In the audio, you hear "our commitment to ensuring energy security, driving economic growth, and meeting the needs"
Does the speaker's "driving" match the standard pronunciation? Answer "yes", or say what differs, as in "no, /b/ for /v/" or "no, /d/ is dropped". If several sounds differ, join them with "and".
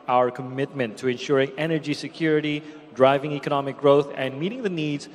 yes